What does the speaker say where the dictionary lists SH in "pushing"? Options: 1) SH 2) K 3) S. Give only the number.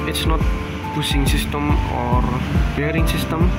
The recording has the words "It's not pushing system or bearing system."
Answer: 3